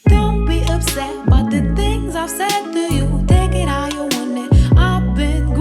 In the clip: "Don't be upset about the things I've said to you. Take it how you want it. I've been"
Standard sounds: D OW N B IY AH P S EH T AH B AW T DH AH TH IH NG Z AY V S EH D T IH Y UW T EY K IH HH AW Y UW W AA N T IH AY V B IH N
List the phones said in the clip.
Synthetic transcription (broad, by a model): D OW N B IY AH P S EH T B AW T DH AH TH IH NG Z AY V S EH D T IH Y UW T EY K IH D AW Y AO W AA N IH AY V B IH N